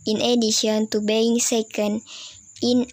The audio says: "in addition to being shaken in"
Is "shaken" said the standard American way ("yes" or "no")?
no